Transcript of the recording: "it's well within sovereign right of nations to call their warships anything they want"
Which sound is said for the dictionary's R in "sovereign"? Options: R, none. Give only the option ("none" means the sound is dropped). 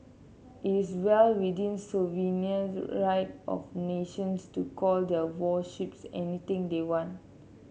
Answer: none